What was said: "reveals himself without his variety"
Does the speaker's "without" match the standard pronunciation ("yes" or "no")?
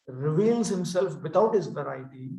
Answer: no